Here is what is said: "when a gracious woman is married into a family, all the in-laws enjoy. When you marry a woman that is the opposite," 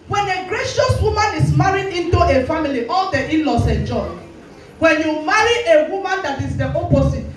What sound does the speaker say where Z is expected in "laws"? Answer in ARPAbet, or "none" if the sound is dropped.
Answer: S